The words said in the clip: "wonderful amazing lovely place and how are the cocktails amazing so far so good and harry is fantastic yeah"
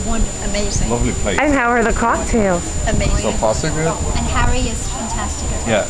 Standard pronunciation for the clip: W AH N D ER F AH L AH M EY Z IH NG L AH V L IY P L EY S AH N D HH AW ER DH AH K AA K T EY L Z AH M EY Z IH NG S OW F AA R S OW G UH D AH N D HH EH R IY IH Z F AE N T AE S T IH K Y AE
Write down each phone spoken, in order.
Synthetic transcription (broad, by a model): W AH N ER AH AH M EY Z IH L AH V L IY P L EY AH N HH AW ER DH AH K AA K T EY L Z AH M EY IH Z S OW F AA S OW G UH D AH N HH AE R IY IH Z F AE N T AE S T IH K Y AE